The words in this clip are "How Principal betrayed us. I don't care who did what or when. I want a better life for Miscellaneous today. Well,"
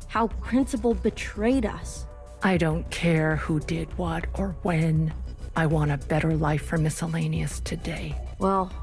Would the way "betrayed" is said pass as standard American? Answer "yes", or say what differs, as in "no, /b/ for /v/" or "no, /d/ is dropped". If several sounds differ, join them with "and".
yes